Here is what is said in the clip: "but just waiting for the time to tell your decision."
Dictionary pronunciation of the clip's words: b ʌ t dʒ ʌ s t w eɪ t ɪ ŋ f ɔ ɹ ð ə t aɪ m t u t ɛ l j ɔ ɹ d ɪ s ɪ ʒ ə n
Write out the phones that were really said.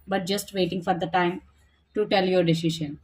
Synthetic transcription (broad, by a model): b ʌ t dʒ ʌ s t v eɪ t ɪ ŋ f ɔ ɹ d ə t aɪ m t u t ɛ l j ɔ ɹ d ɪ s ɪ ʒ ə n